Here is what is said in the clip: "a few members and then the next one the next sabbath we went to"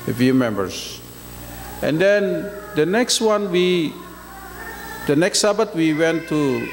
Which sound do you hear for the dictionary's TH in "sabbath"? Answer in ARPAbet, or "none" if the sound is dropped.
T